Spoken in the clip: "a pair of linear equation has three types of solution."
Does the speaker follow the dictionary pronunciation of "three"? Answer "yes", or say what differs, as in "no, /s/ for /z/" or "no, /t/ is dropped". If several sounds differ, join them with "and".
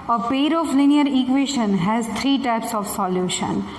no, /t/ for /θ/